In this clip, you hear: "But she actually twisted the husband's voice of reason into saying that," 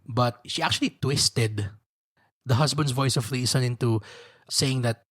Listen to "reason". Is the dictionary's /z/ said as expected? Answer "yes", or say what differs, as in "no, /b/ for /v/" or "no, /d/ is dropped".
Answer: no, /s/ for /z/